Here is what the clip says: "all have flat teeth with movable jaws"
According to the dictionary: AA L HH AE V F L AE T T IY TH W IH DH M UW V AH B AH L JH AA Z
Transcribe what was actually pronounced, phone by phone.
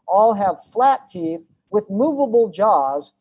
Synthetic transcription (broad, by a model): AA L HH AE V F L AE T T IY TH W IH DH M UW V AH B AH L JH AA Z